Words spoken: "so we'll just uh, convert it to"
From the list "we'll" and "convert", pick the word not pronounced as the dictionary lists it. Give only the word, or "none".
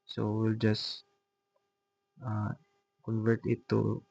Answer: none